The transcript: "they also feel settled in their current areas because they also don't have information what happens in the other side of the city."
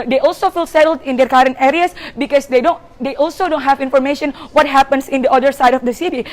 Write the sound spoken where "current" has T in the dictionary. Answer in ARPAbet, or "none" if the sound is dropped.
T